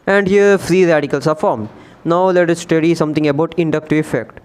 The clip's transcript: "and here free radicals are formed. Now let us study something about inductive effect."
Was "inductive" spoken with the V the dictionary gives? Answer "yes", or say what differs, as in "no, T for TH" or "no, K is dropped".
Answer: no, V is dropped